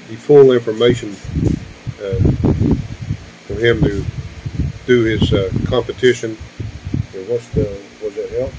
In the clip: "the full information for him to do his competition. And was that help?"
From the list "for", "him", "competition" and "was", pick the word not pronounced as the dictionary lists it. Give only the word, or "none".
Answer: none